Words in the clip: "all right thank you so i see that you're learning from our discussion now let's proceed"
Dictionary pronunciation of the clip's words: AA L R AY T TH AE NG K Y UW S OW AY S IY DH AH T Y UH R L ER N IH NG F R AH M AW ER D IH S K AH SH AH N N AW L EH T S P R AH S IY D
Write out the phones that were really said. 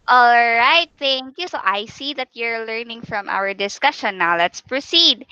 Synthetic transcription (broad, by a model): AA L R AY T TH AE NG K Y UW S OW AY S IY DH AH T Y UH R L ER N IH NG F R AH M AW ER D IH S K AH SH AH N N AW L EH T S P R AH S IY D